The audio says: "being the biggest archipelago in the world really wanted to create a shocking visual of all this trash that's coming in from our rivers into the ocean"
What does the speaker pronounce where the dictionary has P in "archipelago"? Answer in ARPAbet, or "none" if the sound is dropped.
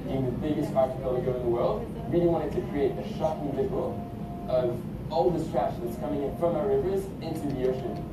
none